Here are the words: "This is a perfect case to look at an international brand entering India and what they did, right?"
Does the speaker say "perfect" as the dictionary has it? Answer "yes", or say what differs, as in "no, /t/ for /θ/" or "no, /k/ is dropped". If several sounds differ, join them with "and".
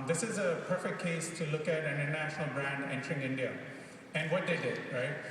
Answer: yes